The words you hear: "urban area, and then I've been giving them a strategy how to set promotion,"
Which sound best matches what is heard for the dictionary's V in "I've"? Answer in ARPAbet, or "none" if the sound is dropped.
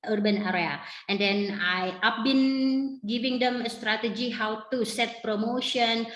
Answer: P